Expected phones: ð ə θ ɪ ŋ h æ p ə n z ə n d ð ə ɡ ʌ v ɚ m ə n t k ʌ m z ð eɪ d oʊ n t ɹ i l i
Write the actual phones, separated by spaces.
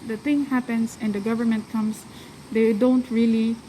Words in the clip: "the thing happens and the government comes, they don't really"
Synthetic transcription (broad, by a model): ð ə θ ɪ ŋ h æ p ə n s ə n d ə ɡ ʌ v ɚ m ə n t k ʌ m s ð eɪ d oʊ n t ɹ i l i